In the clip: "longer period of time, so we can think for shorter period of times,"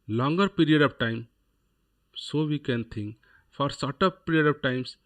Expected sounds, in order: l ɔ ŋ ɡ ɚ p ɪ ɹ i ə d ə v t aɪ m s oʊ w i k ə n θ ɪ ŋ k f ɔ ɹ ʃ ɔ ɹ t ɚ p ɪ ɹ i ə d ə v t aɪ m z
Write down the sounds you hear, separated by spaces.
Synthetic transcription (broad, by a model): l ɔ ŋ ɡ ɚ p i ɹ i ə d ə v t aɪ m s oʊ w i k ə n t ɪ ŋ k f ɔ ɹ s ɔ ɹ t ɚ p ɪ ɹ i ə d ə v t aɪ m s